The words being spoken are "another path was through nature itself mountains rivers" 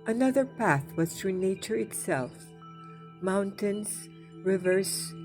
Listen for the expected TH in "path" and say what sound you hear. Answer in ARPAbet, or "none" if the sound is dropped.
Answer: TH